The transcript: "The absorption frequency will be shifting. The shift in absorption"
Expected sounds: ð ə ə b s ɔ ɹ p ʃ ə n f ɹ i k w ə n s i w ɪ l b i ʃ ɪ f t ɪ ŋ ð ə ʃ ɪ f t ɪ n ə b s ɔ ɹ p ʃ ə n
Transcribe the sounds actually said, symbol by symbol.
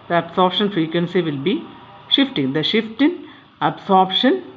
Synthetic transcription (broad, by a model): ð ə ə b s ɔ ɹ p ʃ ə n f ɹ i k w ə n s i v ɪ l b i ʃ ɪ f t ɪ ŋ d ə ʃ ɪ f t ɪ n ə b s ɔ ɹ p ʃ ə n